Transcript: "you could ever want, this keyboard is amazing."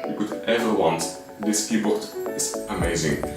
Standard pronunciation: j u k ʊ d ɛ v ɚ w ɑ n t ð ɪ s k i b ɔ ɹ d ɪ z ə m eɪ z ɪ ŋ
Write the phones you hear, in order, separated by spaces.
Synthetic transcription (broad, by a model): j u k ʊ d ɛ v ɚ w ɑ n t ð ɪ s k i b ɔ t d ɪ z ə m eɪ z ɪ ŋ